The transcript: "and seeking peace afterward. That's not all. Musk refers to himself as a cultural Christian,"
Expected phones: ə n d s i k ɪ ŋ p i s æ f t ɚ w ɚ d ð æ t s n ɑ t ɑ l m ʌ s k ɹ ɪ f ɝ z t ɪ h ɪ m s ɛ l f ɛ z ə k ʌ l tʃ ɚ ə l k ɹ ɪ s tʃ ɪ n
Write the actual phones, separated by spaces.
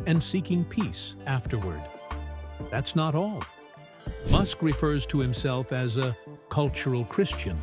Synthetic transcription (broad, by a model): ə n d s i k ɪ ŋ p i s æ f t ɚ w ɚ d ð æ t s n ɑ t ɑ l m ʌ s k ɹ ɪ f ɝ z t ɪ h ɪ m s ɛ l f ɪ z ə k ʌ l tʃ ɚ l k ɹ ɪ s tʃ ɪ n